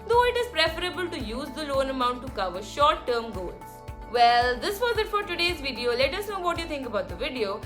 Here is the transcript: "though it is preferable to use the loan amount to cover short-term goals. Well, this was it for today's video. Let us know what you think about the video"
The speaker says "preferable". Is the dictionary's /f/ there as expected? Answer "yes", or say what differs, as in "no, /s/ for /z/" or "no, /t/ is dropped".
yes